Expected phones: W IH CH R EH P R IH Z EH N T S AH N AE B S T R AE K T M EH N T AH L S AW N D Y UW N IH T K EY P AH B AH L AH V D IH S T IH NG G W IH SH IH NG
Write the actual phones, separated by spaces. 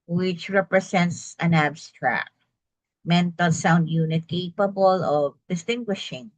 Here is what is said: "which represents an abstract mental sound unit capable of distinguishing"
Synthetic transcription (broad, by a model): W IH CH R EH P R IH S EH N T S AH N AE B S T R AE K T M EH N T AH L S AW N D Y UW N IH T K EY P AH B AH L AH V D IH S T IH NG G W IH SH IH NG